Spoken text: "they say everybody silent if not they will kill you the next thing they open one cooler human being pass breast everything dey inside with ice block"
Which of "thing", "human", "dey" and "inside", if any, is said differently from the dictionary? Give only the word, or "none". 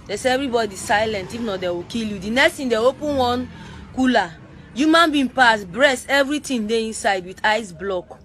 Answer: thing